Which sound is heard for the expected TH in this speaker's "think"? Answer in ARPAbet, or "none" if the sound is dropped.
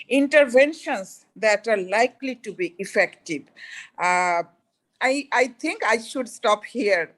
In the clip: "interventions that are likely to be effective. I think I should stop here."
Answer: T